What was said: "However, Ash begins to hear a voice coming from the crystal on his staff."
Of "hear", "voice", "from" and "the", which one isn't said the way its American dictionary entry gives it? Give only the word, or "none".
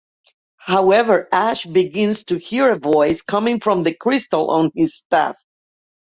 none